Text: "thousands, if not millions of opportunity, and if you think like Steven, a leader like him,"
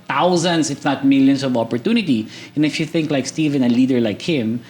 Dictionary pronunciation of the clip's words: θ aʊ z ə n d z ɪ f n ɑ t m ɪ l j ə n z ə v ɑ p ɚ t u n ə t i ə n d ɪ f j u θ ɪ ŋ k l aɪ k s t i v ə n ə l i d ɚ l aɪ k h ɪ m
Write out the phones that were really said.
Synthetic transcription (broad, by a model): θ aʊ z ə n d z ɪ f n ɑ t m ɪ l j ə n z ə v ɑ p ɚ t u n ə t i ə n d ɪ f j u θ ɪ ŋ k l aɪ k s t i v ə n ə l i d ɚ l aɪ k h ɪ m